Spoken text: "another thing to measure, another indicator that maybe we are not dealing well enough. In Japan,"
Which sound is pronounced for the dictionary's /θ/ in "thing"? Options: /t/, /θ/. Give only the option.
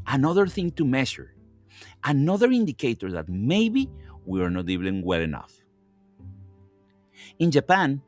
/θ/